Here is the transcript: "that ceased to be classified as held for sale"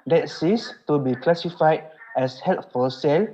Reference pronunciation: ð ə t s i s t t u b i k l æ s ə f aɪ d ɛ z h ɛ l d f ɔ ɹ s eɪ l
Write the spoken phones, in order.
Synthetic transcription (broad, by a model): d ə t s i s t t u b i k l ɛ s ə f aɪ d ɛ s h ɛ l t f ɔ l s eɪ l